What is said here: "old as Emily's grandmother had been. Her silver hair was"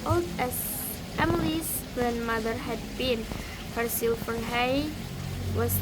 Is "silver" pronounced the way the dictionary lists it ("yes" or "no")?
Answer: no